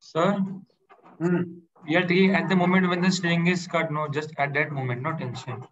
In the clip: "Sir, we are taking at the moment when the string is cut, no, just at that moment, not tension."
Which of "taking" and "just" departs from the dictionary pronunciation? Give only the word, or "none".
taking